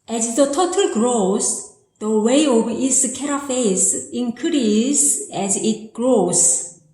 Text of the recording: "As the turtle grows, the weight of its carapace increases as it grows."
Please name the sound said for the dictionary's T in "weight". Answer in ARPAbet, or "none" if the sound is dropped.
none